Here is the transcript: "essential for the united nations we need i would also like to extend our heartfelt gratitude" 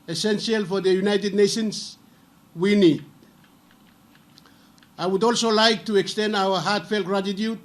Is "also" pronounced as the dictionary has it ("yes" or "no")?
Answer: yes